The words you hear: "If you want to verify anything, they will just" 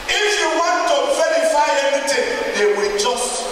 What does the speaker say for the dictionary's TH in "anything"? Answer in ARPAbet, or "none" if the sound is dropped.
T